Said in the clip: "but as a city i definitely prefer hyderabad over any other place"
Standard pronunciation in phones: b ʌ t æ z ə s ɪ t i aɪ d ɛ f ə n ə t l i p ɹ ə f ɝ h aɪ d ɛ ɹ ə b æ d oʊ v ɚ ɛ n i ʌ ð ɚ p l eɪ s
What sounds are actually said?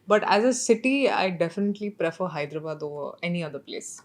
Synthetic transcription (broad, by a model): b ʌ t æ z ə s ɪ t i aɪ d ɛ f ə n ə t l i p ɹ ə f ɝ h aɪ d ɹ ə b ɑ d oʊ ɚ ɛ n i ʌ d ɚ p l eɪ s